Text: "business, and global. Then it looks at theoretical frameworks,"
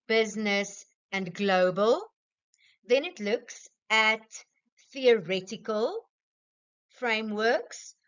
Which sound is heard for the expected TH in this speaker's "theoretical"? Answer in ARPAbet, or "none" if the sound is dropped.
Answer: TH